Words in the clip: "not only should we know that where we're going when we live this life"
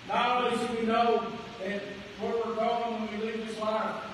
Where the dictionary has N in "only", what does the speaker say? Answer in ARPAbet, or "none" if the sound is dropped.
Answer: none